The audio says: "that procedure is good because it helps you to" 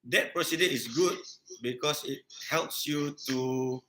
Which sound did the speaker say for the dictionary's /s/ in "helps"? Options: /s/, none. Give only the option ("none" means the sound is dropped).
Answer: /s/